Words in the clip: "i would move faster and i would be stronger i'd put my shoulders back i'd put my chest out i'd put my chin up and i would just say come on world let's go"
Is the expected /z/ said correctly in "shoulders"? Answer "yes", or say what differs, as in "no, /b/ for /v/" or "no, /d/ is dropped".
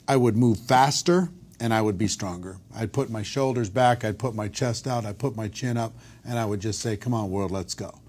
yes